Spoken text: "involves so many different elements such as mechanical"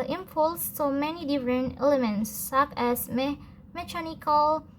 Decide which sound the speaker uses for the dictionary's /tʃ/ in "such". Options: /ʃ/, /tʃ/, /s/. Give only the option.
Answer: /s/